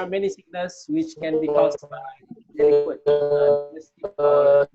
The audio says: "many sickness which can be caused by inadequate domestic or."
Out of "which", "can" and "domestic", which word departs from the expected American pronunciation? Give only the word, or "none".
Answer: domestic